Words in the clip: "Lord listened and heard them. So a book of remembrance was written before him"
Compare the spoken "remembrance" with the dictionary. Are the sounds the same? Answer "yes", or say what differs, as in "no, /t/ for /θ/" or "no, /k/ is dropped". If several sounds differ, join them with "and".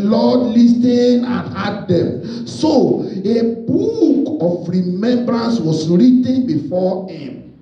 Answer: yes